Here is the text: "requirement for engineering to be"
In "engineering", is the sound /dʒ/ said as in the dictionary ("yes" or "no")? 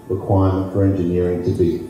yes